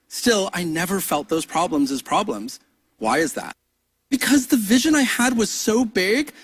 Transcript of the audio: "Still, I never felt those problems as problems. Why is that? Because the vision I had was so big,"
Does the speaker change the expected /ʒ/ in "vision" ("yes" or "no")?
no